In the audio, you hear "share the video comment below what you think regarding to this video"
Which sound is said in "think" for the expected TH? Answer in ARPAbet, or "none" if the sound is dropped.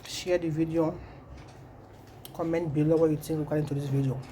T